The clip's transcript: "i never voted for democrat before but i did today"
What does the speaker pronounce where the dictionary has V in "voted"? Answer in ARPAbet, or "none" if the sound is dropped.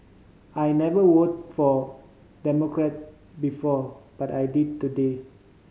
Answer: W